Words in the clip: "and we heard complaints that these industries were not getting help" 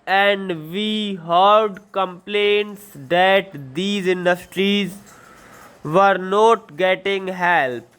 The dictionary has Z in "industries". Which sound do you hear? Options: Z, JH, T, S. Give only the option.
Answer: Z